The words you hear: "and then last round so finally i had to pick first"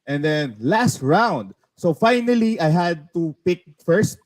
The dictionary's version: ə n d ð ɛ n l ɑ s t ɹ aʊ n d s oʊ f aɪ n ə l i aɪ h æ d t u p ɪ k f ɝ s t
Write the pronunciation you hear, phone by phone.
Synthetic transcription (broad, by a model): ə n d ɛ n l ɑ s t ɹ aʊ n d s oʊ f aɪ n ə l i aɪ h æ d t u p ɪ k f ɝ s t